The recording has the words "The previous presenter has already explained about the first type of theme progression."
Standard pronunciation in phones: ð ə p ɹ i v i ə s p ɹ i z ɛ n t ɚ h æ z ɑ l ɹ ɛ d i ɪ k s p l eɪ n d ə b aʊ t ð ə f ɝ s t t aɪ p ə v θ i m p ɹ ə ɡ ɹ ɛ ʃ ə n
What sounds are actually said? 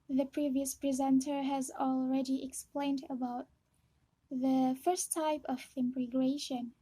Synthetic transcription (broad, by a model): ð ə p ɹ i v i ə s p ɹ i z ɛ n t ɚ h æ z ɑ l ɹ ɛ d i ɪ k s p l eɪ n d ə b aʊ t ð ə f ɝ s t t aɪ p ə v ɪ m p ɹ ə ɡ ɹ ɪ ʃ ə n